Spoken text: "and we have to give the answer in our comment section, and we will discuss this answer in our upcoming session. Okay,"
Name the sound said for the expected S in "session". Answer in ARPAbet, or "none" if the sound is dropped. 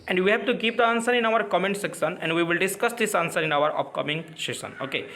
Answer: SH